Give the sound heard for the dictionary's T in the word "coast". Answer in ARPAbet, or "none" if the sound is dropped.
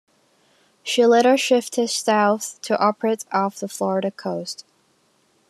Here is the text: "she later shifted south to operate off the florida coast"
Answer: T